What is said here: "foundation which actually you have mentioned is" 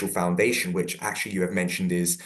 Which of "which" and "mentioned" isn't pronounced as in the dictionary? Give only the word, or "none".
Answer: none